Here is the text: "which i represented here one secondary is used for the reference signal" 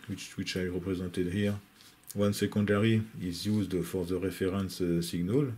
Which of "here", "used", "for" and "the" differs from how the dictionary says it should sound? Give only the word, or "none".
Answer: none